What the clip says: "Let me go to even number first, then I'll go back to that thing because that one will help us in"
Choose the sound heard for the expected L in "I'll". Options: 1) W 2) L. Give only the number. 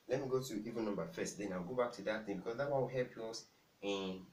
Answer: 1